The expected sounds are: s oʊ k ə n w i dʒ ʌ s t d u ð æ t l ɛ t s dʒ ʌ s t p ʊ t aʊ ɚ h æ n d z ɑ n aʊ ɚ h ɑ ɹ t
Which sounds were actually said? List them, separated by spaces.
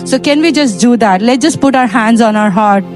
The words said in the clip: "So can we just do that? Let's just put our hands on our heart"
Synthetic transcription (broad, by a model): s oʊ k ə n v i dʒ ʌ s t d u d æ t l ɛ t dʒ ʌ s t p ʊ t aʊ ɚ h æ n d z ɑ n aʊ ɚ h ɑ ɹ t